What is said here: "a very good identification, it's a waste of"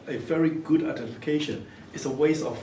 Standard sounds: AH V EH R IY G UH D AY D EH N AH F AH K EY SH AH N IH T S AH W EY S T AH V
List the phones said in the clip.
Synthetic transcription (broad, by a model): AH V EH R IY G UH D D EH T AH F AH K EY SH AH N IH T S AH W EY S AH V